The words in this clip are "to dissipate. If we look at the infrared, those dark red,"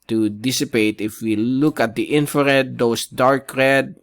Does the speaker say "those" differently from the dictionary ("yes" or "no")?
yes